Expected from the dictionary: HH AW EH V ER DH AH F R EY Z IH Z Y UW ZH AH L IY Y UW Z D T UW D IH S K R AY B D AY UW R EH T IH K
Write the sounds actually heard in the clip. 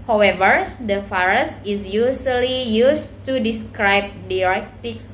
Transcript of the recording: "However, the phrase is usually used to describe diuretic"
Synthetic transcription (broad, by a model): HH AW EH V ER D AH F R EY S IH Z Y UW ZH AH L IY Y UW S T UW D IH S K R AY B D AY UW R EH T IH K